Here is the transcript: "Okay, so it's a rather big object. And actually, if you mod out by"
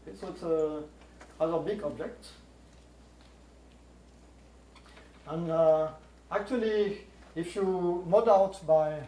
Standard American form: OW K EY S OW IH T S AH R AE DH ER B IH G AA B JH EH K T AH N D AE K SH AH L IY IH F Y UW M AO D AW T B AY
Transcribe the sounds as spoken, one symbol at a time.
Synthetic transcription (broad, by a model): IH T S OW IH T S AH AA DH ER B IH G AA B JH EH K T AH N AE K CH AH L IY IH F Y UW M AO D AW T B AY